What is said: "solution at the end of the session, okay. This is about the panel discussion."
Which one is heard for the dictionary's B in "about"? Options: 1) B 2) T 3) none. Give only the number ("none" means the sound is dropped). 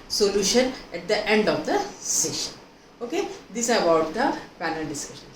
3